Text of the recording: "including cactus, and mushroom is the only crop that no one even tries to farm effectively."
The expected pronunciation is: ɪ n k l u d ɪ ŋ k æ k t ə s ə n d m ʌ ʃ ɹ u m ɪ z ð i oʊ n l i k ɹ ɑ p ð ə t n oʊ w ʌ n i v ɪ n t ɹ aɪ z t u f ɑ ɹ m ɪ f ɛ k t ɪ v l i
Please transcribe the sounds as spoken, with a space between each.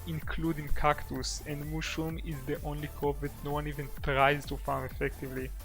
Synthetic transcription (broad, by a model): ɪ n k l u d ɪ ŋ k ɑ k t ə s ə n d m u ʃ u m ɪ z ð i oʊ n l i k ɑ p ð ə t n oʊ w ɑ n i v ɪ n t ɹ aɪ z t u f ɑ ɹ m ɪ f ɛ k t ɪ v l i